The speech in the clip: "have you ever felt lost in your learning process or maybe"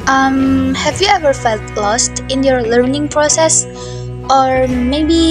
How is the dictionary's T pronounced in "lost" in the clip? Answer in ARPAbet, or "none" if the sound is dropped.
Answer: T